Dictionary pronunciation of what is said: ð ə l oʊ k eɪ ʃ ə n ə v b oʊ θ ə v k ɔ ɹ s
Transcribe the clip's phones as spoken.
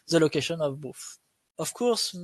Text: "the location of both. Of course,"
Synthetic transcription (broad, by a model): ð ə l oʊ k eɪ ʃ ə n ə v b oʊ f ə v k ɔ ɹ s